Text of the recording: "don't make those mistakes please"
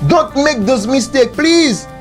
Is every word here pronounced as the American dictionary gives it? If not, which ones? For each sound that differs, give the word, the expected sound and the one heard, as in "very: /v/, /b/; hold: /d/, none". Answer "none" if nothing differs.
those: /z/, /s/; mistakes: /s/, none